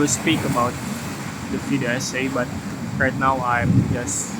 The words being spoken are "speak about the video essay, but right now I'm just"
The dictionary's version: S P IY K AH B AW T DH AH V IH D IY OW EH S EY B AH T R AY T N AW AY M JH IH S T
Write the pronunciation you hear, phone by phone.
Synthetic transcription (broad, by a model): S P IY K AH B AW T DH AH F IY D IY EH S EY B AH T R AY T N AW AY M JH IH S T